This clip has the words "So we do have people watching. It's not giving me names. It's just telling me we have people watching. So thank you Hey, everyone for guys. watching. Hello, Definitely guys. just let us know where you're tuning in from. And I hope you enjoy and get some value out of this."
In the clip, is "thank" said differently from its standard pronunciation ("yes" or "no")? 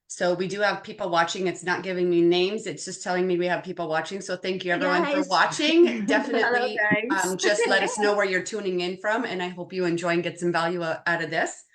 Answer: no